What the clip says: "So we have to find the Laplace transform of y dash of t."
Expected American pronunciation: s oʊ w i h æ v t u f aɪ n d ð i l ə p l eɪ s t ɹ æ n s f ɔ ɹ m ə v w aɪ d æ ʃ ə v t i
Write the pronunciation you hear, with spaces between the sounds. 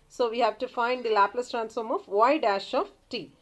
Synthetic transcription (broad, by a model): s oʊ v i h æ v t u f aɪ n d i l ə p l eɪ s t ɹ æ n s f ɔ ɹ m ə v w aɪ d æ ʃ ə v t i